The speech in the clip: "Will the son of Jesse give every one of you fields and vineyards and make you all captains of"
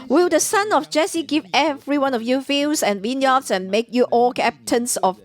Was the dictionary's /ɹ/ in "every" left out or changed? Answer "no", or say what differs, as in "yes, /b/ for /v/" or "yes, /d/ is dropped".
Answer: no